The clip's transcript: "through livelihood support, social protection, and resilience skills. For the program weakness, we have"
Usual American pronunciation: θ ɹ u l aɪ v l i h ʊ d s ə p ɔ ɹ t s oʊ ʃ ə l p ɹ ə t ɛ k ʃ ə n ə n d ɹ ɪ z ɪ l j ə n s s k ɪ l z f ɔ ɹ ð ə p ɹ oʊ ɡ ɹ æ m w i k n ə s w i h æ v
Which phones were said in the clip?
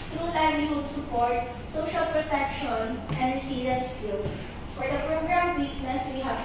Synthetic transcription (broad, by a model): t ɹ u l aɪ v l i h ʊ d s ə p ɔ ɹ t s oʊ ʃ ə l p ɹ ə t ɛ k ʃ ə n ə n d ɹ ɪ s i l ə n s s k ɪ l f ɔ ɹ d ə p ɹ oʊ ɡ ɹ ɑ m w i k n ə s w i h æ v